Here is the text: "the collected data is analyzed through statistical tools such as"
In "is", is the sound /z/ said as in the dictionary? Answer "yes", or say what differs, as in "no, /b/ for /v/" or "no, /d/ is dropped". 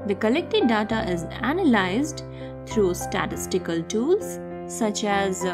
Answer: yes